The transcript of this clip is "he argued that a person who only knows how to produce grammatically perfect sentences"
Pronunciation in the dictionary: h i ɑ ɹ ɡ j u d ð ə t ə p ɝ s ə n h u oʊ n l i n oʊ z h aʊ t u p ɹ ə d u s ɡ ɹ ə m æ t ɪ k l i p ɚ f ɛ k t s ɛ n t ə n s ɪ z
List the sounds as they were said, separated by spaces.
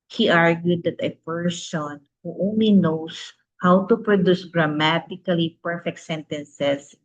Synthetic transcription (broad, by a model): h i ɑ ɹ ɡ j u d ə t ə p ɝ s ə n h u oʊ n l i n oʊ s h aʊ t u p ɹ ə d u s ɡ ɹ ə m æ t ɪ k l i p ɚ f ɛ k t s ɛ n t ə n s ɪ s